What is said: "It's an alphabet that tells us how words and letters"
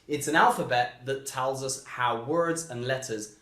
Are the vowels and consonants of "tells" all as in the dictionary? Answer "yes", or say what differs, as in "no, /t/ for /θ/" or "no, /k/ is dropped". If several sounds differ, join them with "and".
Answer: yes